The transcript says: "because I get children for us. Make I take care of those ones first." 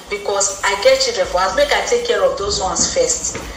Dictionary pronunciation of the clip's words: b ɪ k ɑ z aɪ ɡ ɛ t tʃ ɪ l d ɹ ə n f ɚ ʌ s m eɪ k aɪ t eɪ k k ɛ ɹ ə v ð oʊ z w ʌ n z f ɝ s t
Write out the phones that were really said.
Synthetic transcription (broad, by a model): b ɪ k ɑ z aɪ ɡ ɛ t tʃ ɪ d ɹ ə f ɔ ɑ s m eɪ k aɪ t eɪ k k ɛ ɹ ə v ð oʊ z w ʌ n s f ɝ s t